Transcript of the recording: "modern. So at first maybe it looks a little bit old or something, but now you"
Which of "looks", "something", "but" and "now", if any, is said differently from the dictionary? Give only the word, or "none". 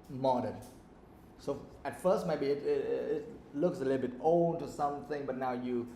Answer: none